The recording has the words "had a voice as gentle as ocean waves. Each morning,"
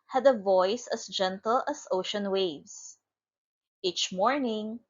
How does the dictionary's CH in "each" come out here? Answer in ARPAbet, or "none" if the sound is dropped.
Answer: CH